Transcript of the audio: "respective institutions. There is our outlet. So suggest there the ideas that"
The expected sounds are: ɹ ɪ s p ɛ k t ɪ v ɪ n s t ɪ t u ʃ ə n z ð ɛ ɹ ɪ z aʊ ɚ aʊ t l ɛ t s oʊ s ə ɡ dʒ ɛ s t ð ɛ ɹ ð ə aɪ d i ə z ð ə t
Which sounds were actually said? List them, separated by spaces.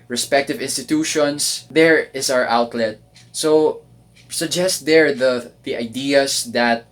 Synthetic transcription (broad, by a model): ɹ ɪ s p ɛ k t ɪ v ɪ n s t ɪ t u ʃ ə n s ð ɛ ɹ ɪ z aʊ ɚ aʊ t l ɛ t s oʊ s ə ɡ dʒ ɛ s t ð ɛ ɹ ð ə aɪ d i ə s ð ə t